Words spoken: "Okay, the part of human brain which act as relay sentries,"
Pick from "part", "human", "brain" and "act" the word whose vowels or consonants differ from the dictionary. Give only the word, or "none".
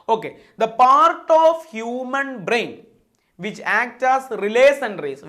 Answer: none